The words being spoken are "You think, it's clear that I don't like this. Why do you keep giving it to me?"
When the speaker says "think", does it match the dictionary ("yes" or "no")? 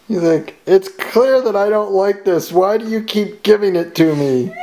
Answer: no